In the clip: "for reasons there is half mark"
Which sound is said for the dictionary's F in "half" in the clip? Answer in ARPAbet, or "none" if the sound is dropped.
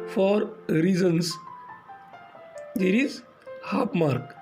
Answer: P